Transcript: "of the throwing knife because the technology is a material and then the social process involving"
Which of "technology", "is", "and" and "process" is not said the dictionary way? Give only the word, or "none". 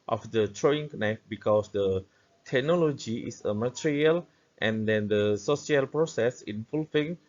is